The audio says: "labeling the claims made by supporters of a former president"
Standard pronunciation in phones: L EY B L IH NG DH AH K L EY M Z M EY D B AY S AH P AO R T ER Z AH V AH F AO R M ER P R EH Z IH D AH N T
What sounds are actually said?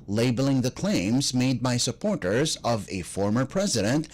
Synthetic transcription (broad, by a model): L EY B L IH NG DH AH K L EY M Z M EY D B AY S AH P AO R T ER Z AH V AH F AO R M ER P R EH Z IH D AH N T